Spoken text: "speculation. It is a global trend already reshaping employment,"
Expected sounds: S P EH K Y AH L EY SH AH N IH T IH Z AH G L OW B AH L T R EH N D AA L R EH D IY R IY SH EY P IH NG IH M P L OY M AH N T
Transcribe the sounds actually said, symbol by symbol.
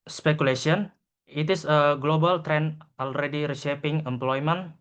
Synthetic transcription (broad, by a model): S P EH K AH L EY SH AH N IH T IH S AH G L OW B AH L T R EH N AA L R EH D IY R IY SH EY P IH NG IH M P L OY M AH N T